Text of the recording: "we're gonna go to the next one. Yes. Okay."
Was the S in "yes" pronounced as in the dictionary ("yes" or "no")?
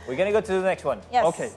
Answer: no